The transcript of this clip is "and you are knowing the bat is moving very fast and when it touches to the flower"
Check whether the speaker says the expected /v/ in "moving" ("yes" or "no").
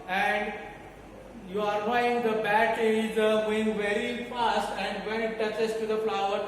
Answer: no